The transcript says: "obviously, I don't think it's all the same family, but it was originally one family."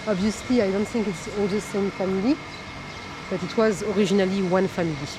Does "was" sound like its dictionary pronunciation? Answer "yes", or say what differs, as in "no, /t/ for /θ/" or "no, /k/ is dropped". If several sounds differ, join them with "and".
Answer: yes